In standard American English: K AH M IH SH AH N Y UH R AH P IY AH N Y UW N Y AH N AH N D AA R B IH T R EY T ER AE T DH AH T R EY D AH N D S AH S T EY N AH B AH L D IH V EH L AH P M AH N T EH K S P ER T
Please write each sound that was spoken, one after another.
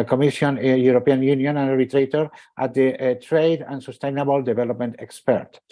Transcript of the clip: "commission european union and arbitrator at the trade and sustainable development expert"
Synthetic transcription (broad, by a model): K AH M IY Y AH N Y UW R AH P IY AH N Y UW N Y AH N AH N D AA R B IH T R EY T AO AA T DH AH T R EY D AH N S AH S T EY N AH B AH L D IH B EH L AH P M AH N T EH K S P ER T